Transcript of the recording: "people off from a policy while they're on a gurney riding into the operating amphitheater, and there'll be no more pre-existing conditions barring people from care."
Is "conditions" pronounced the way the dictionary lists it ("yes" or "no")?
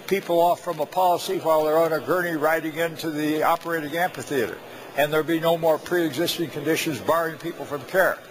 yes